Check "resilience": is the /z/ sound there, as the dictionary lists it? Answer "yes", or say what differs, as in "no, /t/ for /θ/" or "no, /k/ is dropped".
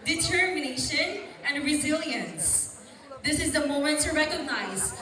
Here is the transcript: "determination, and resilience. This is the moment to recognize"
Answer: yes